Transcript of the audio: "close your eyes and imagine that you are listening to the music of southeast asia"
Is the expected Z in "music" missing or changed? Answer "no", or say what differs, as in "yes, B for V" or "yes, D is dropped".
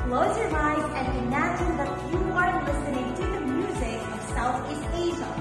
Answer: no